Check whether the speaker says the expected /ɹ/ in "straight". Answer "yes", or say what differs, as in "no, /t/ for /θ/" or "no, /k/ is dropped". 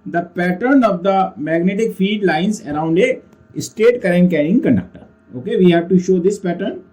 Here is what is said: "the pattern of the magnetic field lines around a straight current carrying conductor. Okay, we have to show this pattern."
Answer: no, /ɹ/ is dropped